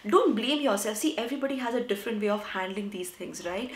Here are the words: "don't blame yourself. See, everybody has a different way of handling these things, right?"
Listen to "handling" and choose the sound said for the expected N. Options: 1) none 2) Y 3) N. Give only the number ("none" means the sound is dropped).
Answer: 3